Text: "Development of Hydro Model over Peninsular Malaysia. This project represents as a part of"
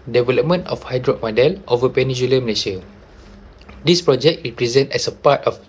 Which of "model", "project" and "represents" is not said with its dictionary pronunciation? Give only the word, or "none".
represents